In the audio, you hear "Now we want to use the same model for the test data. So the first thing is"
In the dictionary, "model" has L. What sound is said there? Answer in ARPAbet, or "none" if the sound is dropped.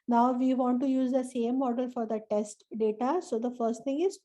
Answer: L